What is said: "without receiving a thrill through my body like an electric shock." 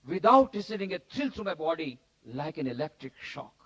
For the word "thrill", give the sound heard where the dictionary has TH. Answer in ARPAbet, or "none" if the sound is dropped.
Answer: T